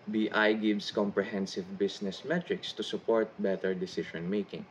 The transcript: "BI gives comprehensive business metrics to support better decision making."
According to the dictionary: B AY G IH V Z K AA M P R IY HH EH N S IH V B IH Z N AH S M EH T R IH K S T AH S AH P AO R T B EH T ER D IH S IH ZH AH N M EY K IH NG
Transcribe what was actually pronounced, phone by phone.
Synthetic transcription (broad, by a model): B AY G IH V S K AA M P R IY HH EH N S IH V B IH S N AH S M EH T R IH K S T AH S AH P AO R T B EH T ER D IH S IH SH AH N M EY K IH NG